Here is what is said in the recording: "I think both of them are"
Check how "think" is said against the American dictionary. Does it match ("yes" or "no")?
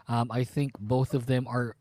yes